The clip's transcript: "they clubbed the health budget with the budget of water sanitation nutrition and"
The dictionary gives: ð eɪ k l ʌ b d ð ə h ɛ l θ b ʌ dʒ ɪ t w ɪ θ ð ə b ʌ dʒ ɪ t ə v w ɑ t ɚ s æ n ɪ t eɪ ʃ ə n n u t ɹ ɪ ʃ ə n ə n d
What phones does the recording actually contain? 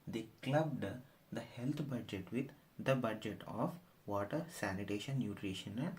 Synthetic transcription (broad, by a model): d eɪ k l ʌ b d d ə h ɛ l t b ʌ dʒ ɪ t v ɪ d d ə b ʌ dʒ ɪ t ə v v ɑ t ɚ s æ n ɪ t eɪ ʃ ə n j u t ɹ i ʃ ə n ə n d